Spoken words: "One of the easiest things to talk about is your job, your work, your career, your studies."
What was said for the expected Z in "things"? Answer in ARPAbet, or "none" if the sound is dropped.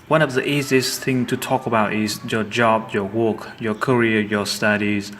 none